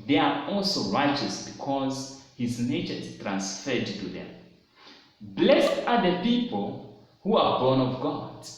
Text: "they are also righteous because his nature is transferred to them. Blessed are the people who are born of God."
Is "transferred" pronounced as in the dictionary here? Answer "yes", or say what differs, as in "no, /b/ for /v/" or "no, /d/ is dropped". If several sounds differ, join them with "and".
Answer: yes